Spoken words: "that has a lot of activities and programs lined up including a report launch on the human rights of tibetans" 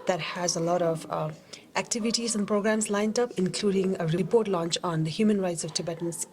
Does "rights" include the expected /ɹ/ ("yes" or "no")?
yes